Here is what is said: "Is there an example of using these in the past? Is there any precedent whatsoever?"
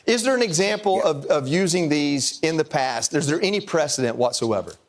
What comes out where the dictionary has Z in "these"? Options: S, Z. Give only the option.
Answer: Z